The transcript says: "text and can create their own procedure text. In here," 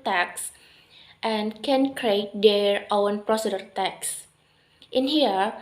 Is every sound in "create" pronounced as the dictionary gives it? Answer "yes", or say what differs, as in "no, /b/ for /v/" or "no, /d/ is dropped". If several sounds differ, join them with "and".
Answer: yes